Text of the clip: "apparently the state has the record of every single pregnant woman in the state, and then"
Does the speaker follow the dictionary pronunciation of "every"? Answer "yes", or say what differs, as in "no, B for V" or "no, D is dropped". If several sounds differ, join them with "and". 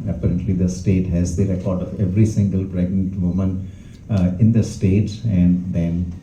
yes